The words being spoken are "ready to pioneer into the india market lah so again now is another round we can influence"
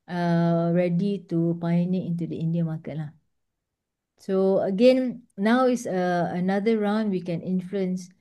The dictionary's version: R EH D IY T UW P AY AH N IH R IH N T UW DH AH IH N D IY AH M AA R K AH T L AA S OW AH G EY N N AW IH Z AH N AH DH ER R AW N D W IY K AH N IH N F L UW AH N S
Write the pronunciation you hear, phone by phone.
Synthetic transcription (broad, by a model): R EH D IY T UW P AY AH N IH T IH N T UW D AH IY N D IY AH M AA K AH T L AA S OW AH G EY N N AW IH S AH N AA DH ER R AW N D W IY K AH N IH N F L UW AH N S